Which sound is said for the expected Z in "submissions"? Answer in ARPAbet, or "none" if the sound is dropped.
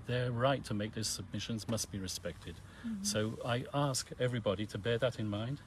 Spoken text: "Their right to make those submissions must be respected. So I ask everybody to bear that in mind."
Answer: Z